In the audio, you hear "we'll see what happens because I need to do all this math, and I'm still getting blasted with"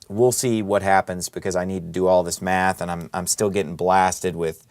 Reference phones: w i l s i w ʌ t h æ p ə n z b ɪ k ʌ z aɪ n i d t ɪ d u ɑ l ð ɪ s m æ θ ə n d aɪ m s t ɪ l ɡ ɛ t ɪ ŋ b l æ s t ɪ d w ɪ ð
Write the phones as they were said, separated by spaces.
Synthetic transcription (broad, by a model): w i l s i w ʌ t h æ p ə n z b ɪ k ʌ z aɪ n i d t ɪ d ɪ ɑ l ð ɪ s m æ θ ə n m aɪ m s t ɪ l ɡ ɛ t ɪ ŋ b l æ s t ɪ d w ɪ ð